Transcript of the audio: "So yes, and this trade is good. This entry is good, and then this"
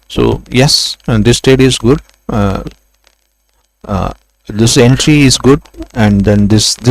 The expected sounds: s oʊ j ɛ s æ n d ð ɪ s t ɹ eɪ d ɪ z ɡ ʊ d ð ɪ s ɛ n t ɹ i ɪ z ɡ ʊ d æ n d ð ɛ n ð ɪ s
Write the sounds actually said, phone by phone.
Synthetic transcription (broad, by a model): s oʊ j ɛ s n d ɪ s t eɪ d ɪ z ɡ ʊ d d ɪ s ɛ n t ɹ i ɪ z ɡ ʊ d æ n d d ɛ n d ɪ s